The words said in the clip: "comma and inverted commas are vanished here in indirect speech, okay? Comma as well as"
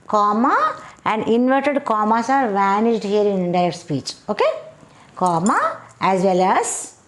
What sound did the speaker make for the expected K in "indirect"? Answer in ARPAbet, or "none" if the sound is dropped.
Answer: none